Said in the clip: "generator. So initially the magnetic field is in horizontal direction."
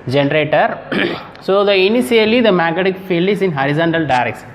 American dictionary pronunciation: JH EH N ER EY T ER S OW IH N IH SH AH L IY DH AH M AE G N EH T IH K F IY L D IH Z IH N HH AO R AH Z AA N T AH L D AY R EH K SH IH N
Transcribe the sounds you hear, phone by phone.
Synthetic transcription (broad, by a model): JH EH N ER EY T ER S OW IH N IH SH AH L IY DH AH M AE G EH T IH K F IY L D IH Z IH N HH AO R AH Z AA N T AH L D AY R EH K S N